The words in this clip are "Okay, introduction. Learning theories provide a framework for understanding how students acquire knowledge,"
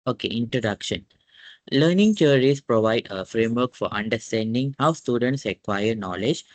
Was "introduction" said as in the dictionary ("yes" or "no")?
yes